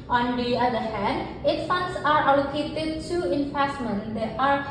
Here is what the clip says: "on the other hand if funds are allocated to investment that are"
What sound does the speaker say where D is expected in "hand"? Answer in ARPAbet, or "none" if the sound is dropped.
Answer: D